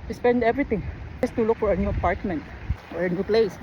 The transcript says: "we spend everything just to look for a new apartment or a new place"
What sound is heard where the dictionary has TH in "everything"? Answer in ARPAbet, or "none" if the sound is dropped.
T